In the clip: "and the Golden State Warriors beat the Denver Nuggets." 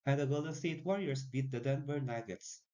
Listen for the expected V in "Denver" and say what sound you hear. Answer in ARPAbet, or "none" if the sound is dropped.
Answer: B